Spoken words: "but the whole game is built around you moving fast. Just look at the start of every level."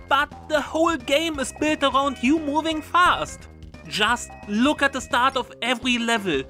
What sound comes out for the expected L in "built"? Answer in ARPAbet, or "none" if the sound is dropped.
L